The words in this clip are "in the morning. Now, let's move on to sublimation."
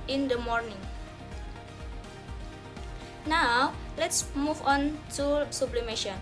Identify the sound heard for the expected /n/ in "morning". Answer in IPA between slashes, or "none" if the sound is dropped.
/n/